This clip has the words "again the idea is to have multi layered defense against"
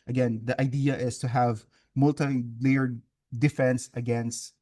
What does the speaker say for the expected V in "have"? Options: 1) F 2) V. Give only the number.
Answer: 2